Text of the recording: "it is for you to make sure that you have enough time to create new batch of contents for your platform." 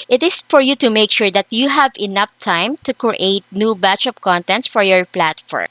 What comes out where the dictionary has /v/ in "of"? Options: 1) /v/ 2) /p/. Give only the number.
2